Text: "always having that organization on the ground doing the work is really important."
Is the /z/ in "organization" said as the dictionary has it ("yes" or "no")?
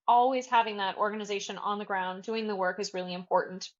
yes